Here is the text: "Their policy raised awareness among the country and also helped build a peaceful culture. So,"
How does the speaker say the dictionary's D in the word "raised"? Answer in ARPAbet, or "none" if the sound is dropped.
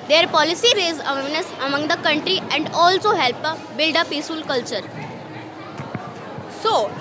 none